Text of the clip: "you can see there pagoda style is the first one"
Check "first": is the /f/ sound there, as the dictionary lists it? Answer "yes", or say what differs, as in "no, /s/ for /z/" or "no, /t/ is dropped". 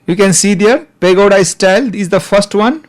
yes